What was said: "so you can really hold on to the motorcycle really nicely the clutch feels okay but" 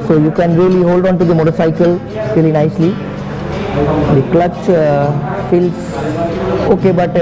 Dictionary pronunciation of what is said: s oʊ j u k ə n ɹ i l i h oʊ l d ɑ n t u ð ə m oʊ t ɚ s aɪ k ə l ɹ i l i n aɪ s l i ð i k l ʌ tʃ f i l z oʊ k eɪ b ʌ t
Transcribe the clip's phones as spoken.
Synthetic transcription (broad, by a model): s oʊ j u k ə n ɹ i l i h oʊ l d ɑ n t u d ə m oʊ t ɚ s aɪ k ə l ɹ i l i n aɪ s l i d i k l ʌ tʃ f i l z oʊ k eɪ b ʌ t